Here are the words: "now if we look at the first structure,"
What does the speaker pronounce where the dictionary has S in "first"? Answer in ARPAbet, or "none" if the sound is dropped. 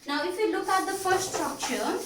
none